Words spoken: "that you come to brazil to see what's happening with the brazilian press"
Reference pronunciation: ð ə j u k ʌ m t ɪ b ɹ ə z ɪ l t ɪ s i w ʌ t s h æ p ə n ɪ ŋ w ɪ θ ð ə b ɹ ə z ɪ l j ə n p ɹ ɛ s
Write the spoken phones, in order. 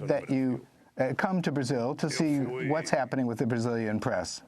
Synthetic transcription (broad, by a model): ð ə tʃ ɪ k ʌ m t ɪ b ɹ ə z ɪ l t ɪ s i w ʌ t s h æ p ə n ɪ ŋ w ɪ ð ə b ɹ ə z ɪ l j ə n p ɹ ɛ s